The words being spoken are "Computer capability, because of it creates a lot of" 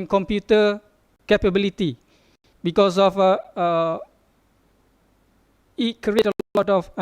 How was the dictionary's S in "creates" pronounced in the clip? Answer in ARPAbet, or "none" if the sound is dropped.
none